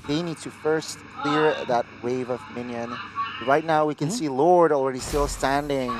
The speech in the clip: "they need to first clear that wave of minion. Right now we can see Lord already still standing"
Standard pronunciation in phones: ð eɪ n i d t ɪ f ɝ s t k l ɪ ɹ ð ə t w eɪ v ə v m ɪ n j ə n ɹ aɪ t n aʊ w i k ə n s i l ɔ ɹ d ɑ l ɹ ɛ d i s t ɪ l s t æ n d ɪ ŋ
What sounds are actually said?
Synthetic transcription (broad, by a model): ð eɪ n i d t ɪ f ɝ s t k l ɪ ɹ ð ə t w eɪ v ə v m ɪ n j ə n ɹ aɪ t n aʊ w i k ə n s i l ɔ ɹ d l ɹ ɛ d i s t ɪ l s t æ n d ɪ ŋ